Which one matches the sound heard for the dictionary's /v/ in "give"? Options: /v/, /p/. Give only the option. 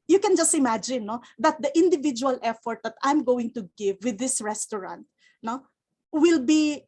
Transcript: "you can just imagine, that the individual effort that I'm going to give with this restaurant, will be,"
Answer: /v/